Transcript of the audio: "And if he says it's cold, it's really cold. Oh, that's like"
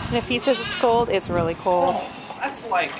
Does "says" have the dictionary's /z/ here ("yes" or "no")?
yes